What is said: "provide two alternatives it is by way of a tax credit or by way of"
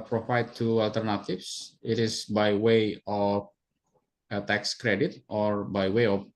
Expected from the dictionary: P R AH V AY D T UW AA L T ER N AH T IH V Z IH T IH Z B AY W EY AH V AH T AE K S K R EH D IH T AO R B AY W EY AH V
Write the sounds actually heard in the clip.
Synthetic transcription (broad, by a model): P R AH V AY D T UW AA L T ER N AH T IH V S IH T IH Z B AY W EY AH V AH T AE K S K R EH D IH T AO R B AY W EY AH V